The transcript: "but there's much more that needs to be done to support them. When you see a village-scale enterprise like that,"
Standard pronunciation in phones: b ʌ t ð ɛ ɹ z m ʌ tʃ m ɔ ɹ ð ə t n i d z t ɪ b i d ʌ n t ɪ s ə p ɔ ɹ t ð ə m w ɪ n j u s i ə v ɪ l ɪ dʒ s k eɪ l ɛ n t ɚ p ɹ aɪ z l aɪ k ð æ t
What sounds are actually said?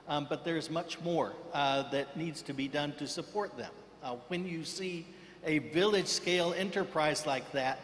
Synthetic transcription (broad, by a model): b ʌ t ð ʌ ɹ z m ʌ tʃ m ɔ ɹ ð ə t n i d z t ɪ b i d ʌ n t ɪ s ə p ɔ ɹ t ð ə m w ɪ n j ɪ s i ə v ɪ l ɪ dʒ s k eɪ l ɛ n t ɚ p ɹ aɪ z l aɪ k ð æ t